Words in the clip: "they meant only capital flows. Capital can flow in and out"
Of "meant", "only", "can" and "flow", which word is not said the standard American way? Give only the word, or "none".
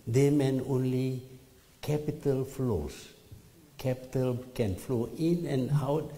meant